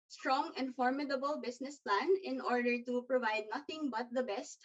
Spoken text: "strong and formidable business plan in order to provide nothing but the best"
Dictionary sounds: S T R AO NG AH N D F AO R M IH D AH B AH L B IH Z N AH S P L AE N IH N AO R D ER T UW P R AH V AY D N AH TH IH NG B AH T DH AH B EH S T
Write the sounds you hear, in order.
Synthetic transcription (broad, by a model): S T R AO NG AH N D F AO R M IH D AH B AH L B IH S N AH S P L AE N IH N AO R D ER T UW P R AH V AY D N AH TH IH NG B AH T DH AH B EH S T